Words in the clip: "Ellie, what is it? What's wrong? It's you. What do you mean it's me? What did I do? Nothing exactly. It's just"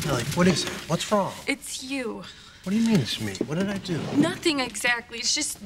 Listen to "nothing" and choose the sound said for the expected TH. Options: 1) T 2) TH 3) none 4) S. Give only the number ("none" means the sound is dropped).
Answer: 2